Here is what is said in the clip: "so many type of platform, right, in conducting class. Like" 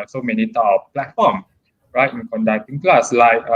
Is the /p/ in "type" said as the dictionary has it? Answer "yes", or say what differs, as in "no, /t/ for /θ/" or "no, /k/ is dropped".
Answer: no, /p/ is dropped